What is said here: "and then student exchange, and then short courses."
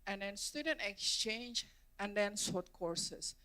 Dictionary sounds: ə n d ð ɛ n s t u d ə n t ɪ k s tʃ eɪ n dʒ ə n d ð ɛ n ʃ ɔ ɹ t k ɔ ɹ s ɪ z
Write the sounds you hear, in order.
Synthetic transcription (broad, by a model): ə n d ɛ n s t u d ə n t ɪ k s tʃ eɪ n dʒ ə n d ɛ n s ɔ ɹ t k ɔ ɹ s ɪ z